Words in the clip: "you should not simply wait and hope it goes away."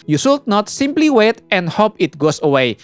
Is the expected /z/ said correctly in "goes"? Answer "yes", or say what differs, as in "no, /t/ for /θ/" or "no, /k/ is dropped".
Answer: no, /s/ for /z/